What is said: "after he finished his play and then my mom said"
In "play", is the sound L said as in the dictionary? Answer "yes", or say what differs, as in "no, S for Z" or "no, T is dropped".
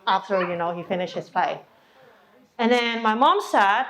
no, L is dropped